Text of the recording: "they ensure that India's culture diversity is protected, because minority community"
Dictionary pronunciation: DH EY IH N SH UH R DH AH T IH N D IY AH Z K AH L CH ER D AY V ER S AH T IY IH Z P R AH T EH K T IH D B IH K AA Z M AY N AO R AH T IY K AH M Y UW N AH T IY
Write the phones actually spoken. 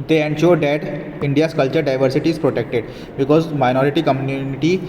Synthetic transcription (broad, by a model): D EY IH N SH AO R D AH T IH N D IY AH S K AH L CH ER D AY V ER S AH T IY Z P R AH T EH K T IH D B IH K AA Z M AY N AO R AH T IY K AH M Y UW N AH T IY